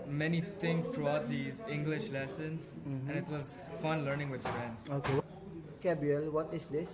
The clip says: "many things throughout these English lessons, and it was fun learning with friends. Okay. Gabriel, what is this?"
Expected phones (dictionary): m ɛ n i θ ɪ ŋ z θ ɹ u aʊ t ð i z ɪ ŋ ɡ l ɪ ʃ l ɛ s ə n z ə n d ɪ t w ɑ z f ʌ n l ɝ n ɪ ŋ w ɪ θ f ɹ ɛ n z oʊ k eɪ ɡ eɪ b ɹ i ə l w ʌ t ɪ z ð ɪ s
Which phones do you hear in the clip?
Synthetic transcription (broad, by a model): m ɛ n i t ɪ ŋ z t ɹ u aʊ t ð i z ɪ ŋ ɡ l ɪ ʃ l ɛ s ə n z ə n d ɪ t w ɑ z f ʌ n l ɝ n ɪ ŋ w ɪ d f ɹ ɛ n s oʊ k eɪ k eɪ b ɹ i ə l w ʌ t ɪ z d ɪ s